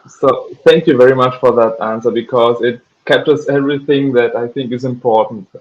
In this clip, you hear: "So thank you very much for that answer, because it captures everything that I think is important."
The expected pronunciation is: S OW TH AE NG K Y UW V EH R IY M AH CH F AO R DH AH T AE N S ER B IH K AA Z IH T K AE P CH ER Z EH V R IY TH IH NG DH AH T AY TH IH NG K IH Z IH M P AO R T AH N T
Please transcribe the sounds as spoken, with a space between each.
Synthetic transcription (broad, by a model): S OW TH AE NG K Y UW V EH R IY M AH CH F AO R DH AH T AE N S ER B IH K AA Z IH T K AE P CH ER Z EH V R IY TH IH NG DH AH T AY TH IH NG K IH Z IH M P AO R T N T